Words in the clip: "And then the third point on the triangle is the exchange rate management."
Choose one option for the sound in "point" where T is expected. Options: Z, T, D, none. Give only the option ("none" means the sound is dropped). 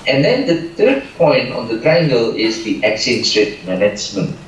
T